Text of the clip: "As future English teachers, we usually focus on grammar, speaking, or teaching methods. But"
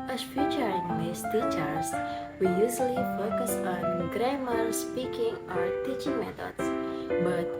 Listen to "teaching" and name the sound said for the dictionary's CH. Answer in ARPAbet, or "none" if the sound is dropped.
CH